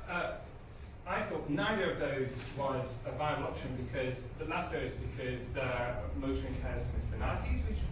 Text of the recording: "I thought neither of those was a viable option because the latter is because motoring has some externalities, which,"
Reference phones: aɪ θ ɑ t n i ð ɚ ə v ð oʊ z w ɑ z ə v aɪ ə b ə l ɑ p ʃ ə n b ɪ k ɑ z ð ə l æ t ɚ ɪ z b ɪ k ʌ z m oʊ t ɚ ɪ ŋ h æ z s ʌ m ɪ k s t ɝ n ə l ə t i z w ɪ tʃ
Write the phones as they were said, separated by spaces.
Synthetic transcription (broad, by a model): aɪ θ ɑ t n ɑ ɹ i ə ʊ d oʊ z w ɑ z ə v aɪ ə ə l ɑ p ʃ ə n b ɪ k ɑ z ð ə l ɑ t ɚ ɪ z b ɪ k ʌ z m oʊ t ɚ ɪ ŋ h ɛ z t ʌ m ɪ s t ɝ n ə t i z w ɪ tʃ